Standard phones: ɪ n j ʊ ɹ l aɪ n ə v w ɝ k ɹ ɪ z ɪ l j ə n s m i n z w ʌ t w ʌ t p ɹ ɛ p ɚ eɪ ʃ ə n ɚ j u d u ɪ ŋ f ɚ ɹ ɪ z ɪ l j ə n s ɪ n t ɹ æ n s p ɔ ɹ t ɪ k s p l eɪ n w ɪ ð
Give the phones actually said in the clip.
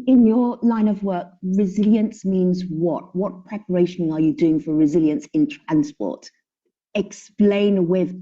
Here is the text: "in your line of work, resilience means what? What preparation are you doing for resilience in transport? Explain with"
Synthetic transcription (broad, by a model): ɪ n j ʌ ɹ l aɪ n ə v w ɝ k ɹ ɪ z ɪ l j ə n s m i n z w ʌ t w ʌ t p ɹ ɛ p ɚ eɪ ʃ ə n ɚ j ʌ d u ɪ ŋ f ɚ ɹ ɪ z ɪ l j ə n s ɪ n t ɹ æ n s p ɔ t ɪ k s p l eɪ n w ɪ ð